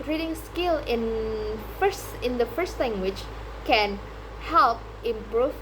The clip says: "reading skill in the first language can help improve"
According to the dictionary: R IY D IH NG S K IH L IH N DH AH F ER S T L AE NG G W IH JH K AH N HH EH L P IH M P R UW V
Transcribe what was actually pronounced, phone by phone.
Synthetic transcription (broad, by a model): R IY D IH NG S K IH L IH N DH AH F ER S T L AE NG G W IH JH K AH N HH EH L P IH M P R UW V